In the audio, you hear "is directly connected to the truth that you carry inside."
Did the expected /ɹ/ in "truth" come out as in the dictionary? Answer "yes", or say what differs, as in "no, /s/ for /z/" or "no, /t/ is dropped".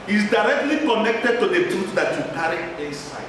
no, /ɹ/ is dropped